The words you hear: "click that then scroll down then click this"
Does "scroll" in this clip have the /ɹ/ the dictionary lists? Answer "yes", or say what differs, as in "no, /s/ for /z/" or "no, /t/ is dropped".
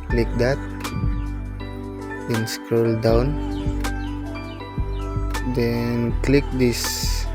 yes